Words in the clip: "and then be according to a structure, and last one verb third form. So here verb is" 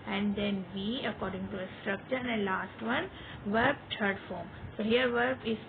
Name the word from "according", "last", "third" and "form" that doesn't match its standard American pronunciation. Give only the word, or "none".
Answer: third